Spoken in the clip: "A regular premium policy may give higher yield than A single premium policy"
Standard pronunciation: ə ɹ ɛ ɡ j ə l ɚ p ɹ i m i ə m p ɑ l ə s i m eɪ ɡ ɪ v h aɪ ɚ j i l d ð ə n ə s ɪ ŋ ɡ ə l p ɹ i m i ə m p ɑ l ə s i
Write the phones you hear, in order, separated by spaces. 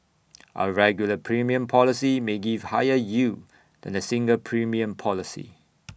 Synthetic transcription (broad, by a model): ə ɹ ɛ ɡ j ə l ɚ p ɹ i m i ə m p ɑ l ə s i m eɪ ɡ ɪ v h aɪ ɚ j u d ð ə n ə s ɪ ŋ ɡ ə l p ɹ i m i ə m p ɑ l ə s i